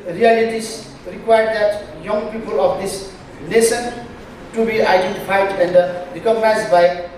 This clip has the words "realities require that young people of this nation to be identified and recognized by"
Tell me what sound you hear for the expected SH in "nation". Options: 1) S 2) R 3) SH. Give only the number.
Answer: 1